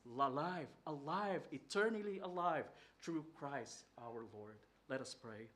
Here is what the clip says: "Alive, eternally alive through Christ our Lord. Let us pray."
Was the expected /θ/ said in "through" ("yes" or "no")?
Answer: no